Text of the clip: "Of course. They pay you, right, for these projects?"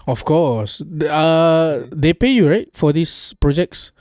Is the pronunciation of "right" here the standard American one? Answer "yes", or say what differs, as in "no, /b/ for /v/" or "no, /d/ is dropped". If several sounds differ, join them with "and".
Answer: yes